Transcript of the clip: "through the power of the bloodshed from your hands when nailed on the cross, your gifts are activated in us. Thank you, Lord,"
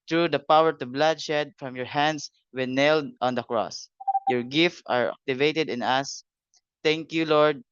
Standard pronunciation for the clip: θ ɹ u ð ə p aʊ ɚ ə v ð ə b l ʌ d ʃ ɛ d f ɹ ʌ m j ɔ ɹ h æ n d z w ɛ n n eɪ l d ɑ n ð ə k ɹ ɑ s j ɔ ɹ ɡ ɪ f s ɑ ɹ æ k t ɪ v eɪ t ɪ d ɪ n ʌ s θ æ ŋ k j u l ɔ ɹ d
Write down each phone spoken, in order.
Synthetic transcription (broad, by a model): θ ɹ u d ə p aʊ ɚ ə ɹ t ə b l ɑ d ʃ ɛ d f ɹ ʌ m j ɔ ɹ h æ n d s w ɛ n n eɪ l d ɑ n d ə k ɹ ɑ s j ɔ ɹ ɡ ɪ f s ɑ ɹ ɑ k t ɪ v eɪ t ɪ d ɪ n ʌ s t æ ŋ k j u l ɔ ɹ d